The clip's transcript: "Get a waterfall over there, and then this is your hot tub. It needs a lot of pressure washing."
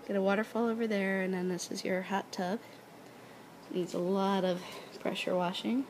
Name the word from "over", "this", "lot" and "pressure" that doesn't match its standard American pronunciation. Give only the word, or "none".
none